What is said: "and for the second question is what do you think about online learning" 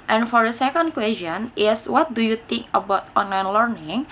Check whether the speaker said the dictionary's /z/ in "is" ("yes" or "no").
no